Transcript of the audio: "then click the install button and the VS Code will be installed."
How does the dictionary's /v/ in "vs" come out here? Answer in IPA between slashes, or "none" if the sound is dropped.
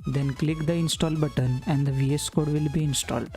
/v/